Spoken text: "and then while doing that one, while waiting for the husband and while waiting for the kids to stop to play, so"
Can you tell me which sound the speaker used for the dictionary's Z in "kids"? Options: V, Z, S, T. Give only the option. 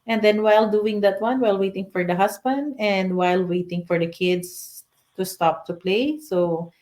S